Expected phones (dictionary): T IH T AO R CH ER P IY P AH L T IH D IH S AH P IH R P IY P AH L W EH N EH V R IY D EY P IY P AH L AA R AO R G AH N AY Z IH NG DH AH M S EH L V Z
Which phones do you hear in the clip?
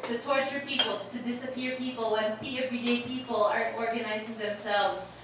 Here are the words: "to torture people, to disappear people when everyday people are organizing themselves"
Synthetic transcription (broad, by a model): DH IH T AO R CH ER P IY P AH L T IH D IH S AH P IH R P IY P AH L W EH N EH V R IY D EY P IY P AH L AA R AO R G AH N AY Z IH NG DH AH M S EH L V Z